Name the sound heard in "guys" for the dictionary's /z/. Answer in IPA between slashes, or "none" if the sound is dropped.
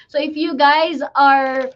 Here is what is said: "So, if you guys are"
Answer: /z/